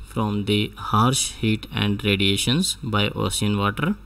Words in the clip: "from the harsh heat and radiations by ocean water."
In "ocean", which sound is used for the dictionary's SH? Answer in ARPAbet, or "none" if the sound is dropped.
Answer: S